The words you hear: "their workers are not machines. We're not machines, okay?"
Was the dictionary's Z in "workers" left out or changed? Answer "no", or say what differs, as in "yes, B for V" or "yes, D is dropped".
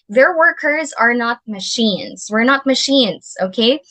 no